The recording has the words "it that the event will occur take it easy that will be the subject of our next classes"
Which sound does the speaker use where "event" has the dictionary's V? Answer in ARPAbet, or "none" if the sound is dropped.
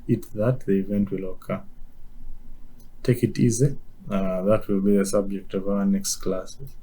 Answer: V